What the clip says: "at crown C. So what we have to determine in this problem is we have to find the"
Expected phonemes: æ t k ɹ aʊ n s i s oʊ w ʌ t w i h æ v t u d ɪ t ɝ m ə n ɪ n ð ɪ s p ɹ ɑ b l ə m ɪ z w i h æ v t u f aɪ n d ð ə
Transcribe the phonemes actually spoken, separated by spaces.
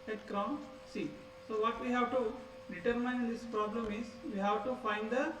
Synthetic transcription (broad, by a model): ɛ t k ɹ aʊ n s i s oʊ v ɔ t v i h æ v t u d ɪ t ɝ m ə ɪ n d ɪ s p ɹ ɑ b l ə m ɪ z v i h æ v t u f aɪ n d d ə